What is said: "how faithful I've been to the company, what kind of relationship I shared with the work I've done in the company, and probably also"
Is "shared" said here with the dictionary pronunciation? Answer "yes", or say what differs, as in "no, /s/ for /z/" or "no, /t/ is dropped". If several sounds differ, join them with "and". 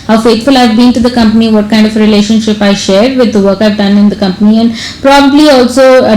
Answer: yes